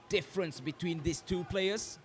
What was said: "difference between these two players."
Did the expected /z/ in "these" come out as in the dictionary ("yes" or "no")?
no